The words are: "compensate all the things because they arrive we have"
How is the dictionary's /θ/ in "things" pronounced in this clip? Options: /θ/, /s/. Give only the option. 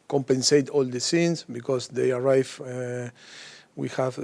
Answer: /s/